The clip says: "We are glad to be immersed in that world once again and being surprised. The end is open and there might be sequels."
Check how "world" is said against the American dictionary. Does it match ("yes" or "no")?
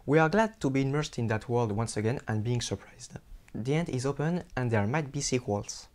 yes